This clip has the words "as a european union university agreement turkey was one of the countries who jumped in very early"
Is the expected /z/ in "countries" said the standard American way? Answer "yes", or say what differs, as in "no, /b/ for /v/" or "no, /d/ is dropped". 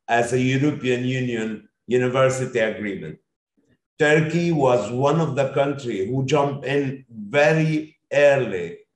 no, /z/ is dropped